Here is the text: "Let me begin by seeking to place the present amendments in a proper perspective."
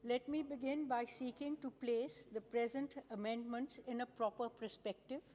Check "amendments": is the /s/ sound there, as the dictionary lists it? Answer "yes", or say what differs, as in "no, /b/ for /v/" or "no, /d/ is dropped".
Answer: yes